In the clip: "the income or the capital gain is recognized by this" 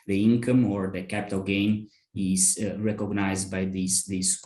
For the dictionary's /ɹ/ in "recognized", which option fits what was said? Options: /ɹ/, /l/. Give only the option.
/ɹ/